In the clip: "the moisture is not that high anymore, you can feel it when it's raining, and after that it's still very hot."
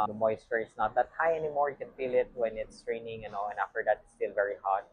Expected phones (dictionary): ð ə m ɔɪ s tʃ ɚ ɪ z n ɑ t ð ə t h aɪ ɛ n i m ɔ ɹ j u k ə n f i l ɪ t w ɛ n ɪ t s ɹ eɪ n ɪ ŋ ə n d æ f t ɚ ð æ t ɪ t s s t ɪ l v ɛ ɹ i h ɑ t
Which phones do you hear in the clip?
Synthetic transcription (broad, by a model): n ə m ɔɪ s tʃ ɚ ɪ s n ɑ t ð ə t h aɪ ɛ n i m ɔ ɹ j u k ə n f i l ɪ t w ɛ n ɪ t s ɹ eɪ n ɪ ŋ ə n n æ f t ɚ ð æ t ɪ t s s t ɪ l v ɛ ɹ i h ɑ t